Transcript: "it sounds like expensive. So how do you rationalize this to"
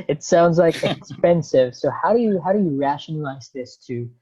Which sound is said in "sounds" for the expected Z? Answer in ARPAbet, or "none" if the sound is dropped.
Z